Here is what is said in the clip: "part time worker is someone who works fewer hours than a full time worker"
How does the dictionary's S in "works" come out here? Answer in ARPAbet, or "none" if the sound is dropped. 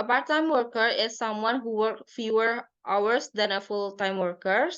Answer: none